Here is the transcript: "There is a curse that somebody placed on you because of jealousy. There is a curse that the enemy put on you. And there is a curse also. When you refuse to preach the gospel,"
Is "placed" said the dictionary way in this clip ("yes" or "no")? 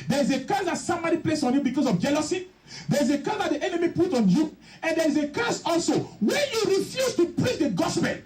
no